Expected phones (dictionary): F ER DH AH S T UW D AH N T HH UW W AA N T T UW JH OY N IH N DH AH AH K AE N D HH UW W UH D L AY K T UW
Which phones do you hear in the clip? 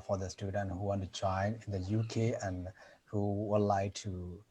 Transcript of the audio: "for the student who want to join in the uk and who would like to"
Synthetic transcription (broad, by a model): F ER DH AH S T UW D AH N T HH UW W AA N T T UW JH OY N IH N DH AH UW K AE N D HH UW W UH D L AY K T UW